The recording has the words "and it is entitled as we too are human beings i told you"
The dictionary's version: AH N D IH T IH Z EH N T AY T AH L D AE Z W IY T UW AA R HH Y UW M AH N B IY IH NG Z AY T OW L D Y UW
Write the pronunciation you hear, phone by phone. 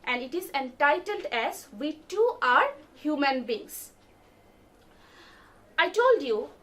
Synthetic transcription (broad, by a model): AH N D IH T IH Z EH N T AY T AH L D AE Z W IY T UW AA R HH Y UW M AH N B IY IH NG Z AY T OW L D Y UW